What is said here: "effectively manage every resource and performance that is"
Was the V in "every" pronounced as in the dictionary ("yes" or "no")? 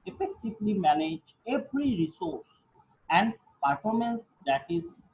no